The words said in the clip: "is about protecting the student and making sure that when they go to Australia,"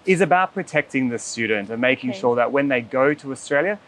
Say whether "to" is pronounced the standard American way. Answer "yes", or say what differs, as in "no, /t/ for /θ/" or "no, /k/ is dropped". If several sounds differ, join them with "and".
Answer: yes